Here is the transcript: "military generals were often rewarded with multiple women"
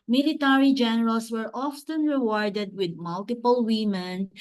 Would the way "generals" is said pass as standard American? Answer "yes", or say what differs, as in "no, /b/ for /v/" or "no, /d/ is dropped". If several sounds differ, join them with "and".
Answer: no, /s/ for /z/